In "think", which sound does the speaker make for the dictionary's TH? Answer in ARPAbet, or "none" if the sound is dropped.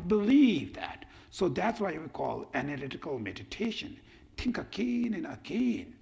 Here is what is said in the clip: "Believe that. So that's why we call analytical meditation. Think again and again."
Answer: T